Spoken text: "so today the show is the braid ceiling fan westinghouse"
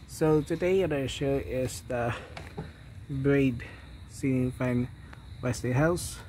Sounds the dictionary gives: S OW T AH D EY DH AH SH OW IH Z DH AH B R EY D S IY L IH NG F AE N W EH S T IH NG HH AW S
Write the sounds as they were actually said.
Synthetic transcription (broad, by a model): S OW T AH D EY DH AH SH OW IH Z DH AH B R EY D S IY N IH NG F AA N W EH S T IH HH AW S